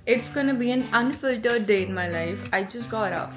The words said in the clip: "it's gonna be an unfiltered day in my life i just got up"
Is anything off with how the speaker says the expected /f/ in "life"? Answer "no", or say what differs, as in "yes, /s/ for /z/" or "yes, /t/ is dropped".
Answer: no